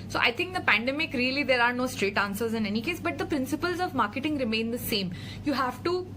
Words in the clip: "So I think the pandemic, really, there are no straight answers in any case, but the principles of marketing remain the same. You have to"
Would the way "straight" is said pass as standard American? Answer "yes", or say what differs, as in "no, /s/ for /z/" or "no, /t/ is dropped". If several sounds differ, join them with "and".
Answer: yes